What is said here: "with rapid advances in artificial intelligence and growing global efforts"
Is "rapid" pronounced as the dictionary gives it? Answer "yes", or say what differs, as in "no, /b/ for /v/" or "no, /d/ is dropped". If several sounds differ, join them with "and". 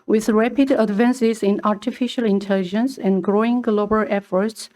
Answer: yes